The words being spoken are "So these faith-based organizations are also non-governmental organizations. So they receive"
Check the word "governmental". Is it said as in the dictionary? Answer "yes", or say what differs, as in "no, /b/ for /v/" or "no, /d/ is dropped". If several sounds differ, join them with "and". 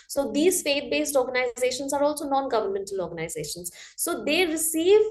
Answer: yes